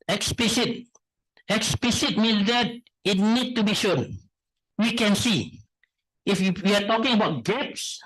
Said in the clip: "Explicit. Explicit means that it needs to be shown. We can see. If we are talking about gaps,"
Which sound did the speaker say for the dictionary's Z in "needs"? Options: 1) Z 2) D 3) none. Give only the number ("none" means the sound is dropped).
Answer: 3